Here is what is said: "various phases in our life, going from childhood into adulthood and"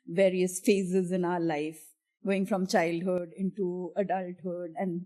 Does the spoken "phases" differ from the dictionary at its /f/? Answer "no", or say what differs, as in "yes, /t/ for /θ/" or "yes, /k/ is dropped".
no